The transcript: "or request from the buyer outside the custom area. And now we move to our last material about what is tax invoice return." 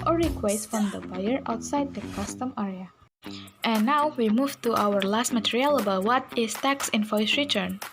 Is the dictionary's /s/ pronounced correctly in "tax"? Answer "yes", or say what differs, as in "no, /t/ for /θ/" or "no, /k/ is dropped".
yes